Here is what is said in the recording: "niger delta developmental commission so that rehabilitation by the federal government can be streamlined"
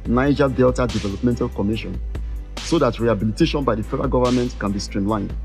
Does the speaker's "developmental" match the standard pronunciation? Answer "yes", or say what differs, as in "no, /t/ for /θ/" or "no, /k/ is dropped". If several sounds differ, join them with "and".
yes